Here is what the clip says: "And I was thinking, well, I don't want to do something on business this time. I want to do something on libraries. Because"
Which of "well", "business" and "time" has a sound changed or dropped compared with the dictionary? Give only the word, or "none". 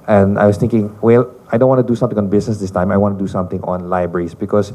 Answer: business